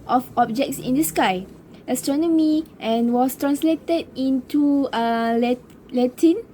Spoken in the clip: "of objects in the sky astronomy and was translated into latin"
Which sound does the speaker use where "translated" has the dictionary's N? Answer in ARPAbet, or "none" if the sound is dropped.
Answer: N